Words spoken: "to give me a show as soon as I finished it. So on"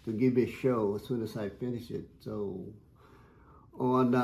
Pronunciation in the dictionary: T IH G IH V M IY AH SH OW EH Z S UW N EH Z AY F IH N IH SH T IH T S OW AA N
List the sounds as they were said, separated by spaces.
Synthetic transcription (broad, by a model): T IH G IH V M IY AH SH OW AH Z S UW N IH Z AY F IH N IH SH IH T S OW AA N